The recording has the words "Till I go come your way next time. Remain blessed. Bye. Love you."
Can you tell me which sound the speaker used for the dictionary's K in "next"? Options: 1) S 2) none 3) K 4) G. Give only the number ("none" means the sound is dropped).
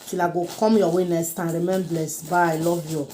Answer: 2